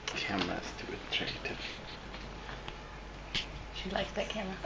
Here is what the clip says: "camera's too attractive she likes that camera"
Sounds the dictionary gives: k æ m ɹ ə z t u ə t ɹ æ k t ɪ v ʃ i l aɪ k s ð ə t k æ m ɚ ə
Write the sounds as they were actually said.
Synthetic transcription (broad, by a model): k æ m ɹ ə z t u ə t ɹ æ t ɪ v ʃ i l aɪ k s ð ə t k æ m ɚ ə